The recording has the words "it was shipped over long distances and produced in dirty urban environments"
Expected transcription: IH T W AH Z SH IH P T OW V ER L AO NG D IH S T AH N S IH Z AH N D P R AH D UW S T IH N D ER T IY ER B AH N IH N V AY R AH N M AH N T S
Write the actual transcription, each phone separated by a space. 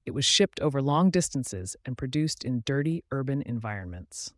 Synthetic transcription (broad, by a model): IH T W AH Z SH IH P T OW V ER L AO NG D IH S T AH N S IH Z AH N P R AH D UW S T IH N D ER T IY ER B AH N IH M V AY R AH N M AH N T S